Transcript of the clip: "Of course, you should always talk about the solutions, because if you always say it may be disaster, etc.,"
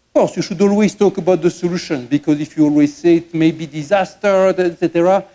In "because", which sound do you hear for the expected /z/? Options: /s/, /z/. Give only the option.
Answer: /z/